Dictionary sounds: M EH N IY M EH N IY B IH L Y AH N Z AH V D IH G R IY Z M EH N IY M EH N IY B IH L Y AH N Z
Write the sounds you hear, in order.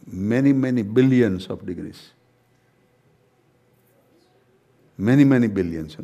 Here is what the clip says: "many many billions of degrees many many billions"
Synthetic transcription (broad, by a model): M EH N IY M EH N IY B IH L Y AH N S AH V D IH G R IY S M EH N IY M EH N IY B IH L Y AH N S